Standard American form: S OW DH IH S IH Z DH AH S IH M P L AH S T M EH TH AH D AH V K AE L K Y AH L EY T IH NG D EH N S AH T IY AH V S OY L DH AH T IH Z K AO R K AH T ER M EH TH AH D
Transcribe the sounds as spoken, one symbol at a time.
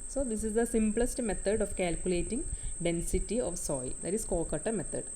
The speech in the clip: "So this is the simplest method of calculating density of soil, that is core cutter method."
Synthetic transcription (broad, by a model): S OW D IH S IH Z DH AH S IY M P L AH S T M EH T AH D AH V K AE L K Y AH L EY T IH NG D EH N S AH T IY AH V S OY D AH T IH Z K AO K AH T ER M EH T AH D